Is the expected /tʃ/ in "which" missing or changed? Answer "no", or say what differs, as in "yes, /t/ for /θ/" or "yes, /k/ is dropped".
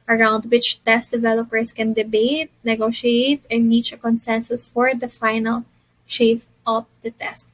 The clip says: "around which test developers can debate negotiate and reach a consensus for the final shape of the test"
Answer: no